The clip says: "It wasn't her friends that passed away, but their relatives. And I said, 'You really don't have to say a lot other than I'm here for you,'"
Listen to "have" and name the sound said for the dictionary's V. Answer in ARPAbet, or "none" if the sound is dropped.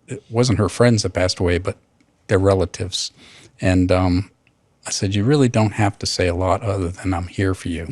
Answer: F